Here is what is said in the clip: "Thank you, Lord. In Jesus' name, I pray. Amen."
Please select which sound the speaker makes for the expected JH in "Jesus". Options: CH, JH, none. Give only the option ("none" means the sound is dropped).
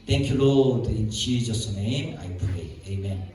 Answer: CH